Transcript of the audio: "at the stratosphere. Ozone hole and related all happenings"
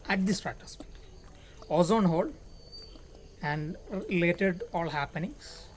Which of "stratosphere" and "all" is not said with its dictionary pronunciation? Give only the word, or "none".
stratosphere